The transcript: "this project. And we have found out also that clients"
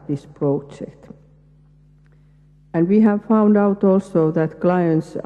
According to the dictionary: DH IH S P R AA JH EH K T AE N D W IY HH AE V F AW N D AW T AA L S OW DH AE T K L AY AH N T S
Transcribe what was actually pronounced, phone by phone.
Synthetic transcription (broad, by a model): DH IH S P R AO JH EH K T AE N D W IY HH AE V F AW N D AW T AA L S OW DH AE T K L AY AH N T S